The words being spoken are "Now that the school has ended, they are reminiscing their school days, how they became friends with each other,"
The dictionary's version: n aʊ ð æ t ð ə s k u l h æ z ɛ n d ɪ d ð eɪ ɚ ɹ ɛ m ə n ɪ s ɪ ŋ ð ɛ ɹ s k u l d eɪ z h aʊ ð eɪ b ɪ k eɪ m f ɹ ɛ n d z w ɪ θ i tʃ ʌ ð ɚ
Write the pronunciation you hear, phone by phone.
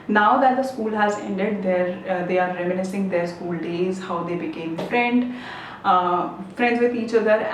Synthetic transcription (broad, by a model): n aʊ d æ t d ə s k u l h æ z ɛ n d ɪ d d eɪ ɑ ɹ ɛ m ə n ɪ s ɪ ŋ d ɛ ɹ s k u l d eɪ z h aʊ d eɪ b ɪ k eɪ m f ɹ ɛ n d z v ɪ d i tʃ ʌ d ɚ